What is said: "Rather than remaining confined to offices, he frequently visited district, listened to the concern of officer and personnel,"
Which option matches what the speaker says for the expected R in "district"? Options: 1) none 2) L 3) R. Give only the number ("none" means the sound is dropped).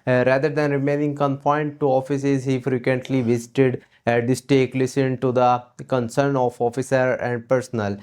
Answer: 1